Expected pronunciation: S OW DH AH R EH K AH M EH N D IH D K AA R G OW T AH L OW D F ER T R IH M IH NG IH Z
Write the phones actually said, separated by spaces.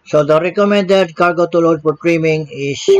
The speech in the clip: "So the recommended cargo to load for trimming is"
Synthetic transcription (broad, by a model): S OW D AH R EH K AH M EH N D IH D K AA R G OW T AH L OW D P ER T R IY M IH NG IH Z